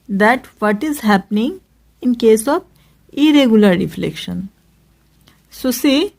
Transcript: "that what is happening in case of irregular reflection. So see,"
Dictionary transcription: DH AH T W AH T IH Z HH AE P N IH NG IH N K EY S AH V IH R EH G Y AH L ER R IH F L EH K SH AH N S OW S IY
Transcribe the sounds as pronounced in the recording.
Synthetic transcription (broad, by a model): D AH T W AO T IH Z HH AE P N IH NG IH N K EY S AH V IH R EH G Y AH L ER R IH F L EH K SH AH N S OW S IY